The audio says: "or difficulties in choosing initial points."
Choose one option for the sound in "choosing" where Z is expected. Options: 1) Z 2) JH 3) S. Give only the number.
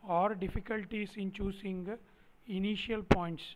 3